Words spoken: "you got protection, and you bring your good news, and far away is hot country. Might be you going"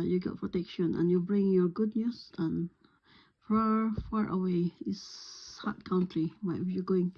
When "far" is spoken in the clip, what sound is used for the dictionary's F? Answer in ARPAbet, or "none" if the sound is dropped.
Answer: F